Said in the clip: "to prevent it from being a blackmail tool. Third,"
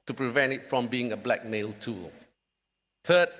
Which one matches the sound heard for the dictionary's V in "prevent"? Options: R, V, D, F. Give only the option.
V